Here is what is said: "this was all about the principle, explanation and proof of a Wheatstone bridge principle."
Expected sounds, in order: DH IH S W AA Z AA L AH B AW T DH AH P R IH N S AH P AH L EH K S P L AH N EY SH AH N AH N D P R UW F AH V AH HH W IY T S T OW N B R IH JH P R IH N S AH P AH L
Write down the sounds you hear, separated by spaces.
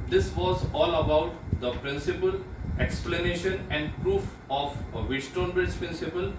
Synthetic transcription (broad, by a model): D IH S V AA Z AA L AH B AW T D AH P R IH N S AH P AH L EH K S P L AH N EY SH AH N AH N D P R UW F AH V AH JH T T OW N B IH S P R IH N S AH P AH L